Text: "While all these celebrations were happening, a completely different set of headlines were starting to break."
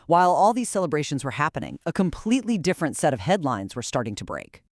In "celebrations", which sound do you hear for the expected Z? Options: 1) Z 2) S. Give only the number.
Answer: 1